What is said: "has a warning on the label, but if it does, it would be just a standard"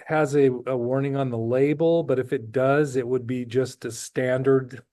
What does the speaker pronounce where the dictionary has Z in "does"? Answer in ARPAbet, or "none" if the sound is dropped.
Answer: Z